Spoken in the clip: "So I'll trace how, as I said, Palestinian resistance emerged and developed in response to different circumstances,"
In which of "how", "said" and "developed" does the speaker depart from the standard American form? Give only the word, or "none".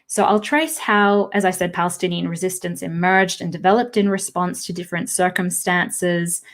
none